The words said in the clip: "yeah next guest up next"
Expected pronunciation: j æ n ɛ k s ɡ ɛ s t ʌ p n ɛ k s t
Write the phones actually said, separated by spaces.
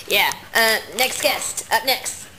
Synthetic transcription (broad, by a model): j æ n ɛ k s ɡ ɛ s t ʌ p n ɛ k s t